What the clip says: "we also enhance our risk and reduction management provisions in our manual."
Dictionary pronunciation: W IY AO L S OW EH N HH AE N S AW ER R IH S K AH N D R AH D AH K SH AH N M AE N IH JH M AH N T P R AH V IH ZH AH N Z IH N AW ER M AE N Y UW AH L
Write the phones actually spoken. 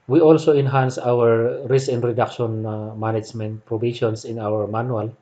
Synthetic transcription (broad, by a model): W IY AO L S OW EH N HH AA N S AW ER R IH S K AH N D R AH D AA K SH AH N M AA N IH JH M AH N T P R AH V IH SH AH N S IH N AW ER M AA N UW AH L